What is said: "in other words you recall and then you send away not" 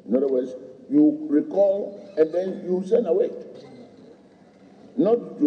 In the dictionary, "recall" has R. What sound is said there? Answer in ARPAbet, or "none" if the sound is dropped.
R